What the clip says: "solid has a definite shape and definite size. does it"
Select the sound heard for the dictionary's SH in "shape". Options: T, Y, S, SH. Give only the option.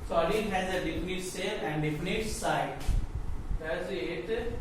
S